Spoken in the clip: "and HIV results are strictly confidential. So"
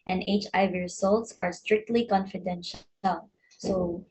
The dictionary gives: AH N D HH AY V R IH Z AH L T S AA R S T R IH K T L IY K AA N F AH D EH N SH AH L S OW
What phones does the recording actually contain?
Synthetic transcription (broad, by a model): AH N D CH AY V R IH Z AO L T S AA R S T R IH K T L IY K AA N F AH D EH N SH AH L S OW